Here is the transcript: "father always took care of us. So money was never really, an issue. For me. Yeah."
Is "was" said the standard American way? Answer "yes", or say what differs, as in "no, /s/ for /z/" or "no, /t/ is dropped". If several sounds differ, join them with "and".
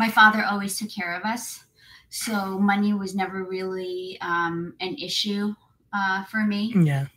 yes